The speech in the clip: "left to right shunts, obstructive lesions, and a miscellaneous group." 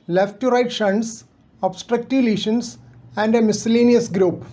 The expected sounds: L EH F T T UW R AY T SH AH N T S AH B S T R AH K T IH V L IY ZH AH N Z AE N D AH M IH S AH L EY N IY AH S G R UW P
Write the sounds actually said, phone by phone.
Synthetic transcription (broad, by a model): L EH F T T UW R AY T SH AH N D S AH B S T R AH K T IH V L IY SH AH N S AE N D AH M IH S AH L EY N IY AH S G R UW P